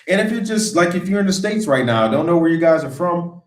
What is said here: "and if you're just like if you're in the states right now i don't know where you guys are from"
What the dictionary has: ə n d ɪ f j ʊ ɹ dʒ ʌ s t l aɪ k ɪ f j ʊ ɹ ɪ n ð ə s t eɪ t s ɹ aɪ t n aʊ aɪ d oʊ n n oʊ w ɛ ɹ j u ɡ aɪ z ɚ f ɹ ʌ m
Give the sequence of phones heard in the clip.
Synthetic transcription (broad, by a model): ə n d ɪ f j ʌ ɹ dʒ ʌ s t l aɪ k ɪ f j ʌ ɹ ɪ n ð ə s t eɪ t s ɹ aɪ t n aʊ d oʊ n n oʊ w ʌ ɹ j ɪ ɡ aɪ z ɚ f ɹ ʌ m